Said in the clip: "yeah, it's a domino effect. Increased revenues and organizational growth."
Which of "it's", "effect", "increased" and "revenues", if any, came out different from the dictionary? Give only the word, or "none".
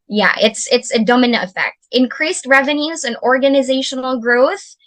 none